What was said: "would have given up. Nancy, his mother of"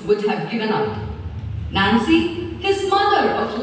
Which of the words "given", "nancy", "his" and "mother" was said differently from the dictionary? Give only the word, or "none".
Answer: none